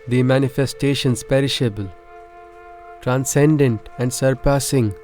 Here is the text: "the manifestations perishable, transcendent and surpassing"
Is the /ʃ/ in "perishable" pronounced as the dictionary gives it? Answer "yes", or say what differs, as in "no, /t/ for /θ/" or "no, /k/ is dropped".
yes